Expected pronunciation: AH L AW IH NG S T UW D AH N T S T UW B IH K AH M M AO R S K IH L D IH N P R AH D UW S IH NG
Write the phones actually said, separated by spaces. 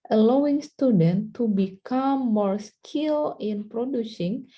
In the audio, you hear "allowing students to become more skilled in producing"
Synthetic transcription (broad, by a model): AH L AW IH NG S T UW D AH N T T UW B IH K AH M M AO R S K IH L IH N P R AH D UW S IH NG